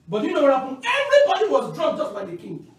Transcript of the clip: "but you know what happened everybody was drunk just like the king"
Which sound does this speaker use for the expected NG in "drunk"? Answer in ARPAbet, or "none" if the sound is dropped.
none